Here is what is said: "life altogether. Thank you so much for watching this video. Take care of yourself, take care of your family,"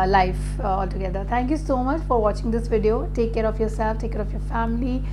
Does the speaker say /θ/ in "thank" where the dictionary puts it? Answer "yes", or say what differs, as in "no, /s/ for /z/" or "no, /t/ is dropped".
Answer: no, /t/ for /θ/